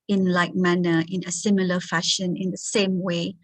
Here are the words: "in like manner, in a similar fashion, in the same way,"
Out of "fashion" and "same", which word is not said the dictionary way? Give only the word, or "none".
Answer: none